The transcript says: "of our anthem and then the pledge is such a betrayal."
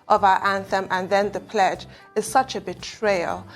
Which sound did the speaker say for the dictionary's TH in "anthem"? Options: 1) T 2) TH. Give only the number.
2